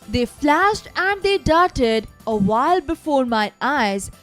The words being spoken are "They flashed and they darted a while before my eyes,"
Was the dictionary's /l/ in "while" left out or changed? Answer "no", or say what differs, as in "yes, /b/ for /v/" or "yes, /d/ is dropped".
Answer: no